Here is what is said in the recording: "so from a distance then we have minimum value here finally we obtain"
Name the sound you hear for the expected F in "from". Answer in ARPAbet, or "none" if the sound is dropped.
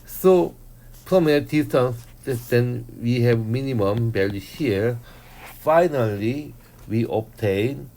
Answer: P